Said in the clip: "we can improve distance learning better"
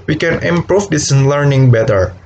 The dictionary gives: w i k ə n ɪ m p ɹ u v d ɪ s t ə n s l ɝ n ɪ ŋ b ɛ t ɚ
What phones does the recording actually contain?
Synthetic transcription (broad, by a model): w i k ə n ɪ m p ɹ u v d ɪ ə s l ɝ n ɪ ŋ b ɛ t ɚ